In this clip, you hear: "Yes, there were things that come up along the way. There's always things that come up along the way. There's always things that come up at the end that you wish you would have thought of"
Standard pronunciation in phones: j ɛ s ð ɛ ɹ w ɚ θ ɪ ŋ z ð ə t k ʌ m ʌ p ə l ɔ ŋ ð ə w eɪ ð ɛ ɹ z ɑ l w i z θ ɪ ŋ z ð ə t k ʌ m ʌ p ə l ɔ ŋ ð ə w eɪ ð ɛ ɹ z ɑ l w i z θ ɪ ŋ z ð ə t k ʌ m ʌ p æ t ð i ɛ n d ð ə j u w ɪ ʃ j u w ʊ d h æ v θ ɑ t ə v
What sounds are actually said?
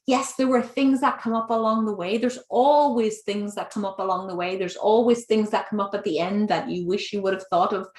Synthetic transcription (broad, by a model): j ɛ s ð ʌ ɹ w ɚ θ ɪ ŋ z ð ə t k ʌ m ʌ p ə l ɔ ŋ ð ə w eɪ ð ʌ ɹ z ɑ l w i z θ ɪ ŋ z ð ə t k ʌ m ʌ p ə l ɔ ŋ ð ə w eɪ ð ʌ ɹ z ɑ l w i z θ ɪ ŋ z ð ə t k ʌ m ʌ p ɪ t ð i ɛ n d ð ə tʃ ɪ w ɪ ʃ j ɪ w ʊ d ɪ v θ ɑ t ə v